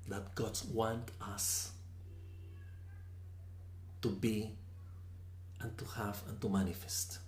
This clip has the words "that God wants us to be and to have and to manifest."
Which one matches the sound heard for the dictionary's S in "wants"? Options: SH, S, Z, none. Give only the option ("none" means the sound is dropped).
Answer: none